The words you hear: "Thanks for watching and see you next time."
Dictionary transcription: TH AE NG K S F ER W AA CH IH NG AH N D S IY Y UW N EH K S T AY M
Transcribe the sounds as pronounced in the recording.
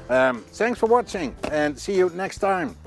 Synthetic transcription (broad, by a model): TH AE NG K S F ER W AA CH IH NG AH N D S IY Y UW N EH K S T AY M